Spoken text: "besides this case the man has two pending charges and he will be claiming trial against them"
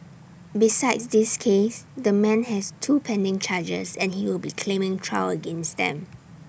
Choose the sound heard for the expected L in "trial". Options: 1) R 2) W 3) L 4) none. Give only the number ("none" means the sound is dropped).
2